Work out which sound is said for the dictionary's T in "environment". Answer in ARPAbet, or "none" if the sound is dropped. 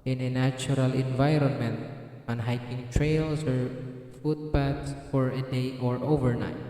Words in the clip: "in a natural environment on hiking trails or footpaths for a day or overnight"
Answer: T